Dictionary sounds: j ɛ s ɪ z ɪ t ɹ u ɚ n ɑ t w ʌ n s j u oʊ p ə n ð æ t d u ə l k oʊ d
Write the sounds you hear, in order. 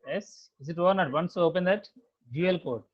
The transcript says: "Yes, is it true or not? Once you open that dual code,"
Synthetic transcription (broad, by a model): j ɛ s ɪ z ɪ t ɔ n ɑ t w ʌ n s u oʊ p ə n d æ t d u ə l k oʊ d